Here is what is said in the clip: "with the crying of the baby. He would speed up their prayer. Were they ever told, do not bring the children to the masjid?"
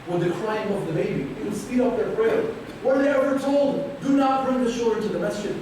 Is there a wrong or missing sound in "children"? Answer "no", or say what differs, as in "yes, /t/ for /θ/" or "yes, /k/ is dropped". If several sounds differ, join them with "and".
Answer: yes, /ʃ/ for /tʃ/